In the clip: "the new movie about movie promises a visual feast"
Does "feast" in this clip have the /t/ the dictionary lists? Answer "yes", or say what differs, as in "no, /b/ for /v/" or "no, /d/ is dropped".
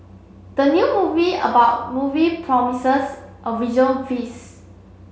no, /t/ is dropped